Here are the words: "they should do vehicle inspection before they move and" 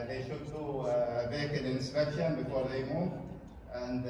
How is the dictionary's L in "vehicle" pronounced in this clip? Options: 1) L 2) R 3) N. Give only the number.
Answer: 3